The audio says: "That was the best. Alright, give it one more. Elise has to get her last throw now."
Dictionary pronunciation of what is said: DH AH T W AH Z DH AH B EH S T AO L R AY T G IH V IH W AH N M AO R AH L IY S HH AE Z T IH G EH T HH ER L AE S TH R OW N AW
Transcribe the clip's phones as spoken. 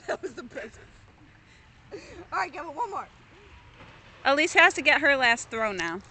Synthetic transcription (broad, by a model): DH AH T W AH Z DH AH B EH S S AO R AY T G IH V IH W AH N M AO R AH L IY S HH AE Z T IH G EH T HH ER L AE S TH R OW N AW